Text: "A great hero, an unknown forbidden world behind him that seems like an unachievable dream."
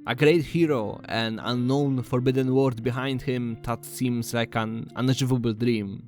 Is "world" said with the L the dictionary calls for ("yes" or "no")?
no